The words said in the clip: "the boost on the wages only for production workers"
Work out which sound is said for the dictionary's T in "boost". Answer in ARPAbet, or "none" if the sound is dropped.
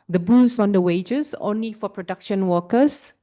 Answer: none